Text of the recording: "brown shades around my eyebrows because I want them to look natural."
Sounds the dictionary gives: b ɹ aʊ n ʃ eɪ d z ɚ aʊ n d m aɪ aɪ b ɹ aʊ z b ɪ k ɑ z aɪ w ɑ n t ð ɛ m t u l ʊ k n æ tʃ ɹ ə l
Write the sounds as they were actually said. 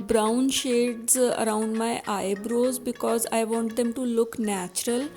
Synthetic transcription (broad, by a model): b ɹ aʊ n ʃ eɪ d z ɚ aʊ n d m aɪ aɪ b ɹ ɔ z b ɪ k ɑ z aɪ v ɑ n t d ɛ m t u l ʊ k n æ tʃ ɹ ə l